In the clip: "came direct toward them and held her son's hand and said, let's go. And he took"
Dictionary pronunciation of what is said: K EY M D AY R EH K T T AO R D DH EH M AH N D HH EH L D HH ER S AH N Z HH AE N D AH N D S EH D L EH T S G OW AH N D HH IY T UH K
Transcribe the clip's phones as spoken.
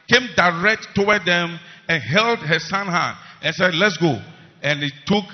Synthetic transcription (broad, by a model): K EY M D AY R EH K T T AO W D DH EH M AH N HH EH L D HH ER S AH N HH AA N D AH N S EH D L EH T S G OW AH N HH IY T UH K